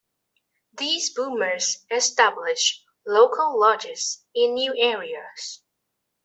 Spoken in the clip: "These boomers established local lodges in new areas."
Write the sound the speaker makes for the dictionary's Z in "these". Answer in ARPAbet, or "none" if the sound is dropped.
Z